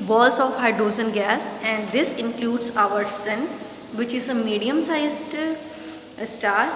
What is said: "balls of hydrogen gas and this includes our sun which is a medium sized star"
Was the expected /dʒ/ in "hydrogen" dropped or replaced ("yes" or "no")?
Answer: yes